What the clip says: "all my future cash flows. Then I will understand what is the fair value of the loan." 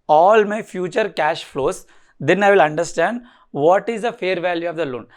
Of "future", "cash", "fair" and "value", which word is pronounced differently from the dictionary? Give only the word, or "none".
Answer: none